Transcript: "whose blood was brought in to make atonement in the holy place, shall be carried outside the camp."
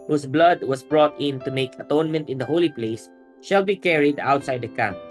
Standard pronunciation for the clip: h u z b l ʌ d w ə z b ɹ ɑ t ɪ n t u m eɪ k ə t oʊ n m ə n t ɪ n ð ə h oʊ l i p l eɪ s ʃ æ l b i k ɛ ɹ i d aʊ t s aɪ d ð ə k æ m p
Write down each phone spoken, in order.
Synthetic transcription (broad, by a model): h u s b l ʌ d w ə s b ɹ ɑ t ɪ n t u m eɪ k ə t oʊ n m ə n t ɪ n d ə h oʊ l i p l eɪ s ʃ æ l b i k ɛ ɹ i d aʊ t s aɪ d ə k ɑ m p